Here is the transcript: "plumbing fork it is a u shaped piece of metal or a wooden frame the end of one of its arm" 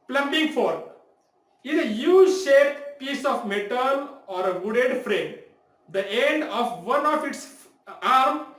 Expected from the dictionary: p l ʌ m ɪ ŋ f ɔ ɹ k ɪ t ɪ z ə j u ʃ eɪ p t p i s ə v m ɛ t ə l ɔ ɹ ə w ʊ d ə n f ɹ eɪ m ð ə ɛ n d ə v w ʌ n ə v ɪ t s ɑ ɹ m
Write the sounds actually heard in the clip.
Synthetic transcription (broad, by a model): p l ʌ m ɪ ŋ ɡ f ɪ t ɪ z ə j u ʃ eɪ t p i s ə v m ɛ t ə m ɔ ɹ ə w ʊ d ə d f ɹ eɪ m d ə ɛ n d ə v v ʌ n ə f ɪ t s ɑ ɹ m